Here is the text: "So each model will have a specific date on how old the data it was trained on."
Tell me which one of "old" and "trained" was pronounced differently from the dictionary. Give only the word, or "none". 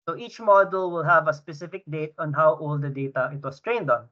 none